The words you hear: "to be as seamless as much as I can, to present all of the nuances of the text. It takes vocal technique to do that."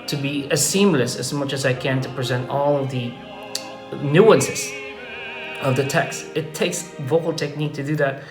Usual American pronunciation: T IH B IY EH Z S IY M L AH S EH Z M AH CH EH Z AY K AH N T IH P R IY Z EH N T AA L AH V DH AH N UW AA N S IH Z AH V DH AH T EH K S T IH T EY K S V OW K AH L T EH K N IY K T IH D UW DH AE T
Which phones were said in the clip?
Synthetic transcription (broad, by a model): T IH B IY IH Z S IY M L AH S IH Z M AH CH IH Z AY K AH N T IH P R IY Z EH N T AA L AH V DH AH N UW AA N S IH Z AH V DH AH T EH K S T IH T EY K S V OW K AH L T EH K N IY K T IH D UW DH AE T